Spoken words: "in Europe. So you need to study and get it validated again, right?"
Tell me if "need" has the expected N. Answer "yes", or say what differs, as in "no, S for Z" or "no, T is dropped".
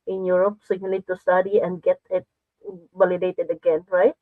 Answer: no, L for N